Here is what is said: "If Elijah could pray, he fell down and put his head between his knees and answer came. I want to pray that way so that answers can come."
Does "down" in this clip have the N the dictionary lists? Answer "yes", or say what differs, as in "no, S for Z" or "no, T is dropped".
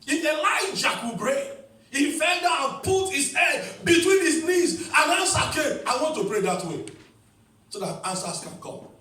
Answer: no, N is dropped